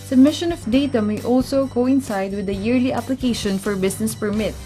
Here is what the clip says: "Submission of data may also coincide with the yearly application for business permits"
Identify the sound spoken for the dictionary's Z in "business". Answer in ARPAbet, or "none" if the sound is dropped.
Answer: S